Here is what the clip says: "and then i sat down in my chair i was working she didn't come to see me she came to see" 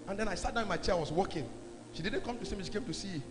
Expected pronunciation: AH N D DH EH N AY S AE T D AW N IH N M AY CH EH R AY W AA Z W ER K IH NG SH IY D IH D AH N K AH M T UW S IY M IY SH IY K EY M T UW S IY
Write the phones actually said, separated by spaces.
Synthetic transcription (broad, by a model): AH N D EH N AY S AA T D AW IH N M AY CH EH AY W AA S W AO K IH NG SH IY D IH D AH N K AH M T UW S IY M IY SH IY K EY M T UW S IY